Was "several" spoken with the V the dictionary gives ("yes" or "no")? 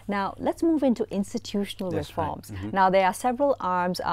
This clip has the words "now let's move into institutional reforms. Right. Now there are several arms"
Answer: yes